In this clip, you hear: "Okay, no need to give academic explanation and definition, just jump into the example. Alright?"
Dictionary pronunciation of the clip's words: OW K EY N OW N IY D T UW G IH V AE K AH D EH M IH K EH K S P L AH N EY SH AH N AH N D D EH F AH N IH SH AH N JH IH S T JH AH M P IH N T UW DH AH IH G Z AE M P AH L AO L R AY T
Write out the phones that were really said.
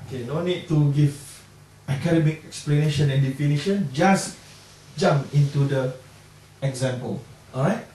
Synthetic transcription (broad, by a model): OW K EY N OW N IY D T UW G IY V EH K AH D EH M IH K EH K S P L AH N EY SH AH N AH N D D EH F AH N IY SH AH N JH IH S JH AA M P IH N T UW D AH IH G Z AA M P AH L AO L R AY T